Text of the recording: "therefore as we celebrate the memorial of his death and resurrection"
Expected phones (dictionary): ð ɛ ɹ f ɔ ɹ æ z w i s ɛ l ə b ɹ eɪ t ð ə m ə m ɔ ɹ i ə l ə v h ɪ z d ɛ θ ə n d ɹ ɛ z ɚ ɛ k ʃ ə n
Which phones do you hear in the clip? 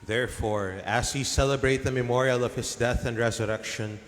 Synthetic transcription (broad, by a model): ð ɛ ɹ f ɔ ɹ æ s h i s ɛ l ə b ɹ eɪ t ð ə m ə m ɔ ɹ i ə l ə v h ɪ s d ɛ θ ə n d ɹ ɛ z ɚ ɛ k ʃ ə n